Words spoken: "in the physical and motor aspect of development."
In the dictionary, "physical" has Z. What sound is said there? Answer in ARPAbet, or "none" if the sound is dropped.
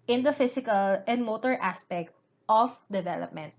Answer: S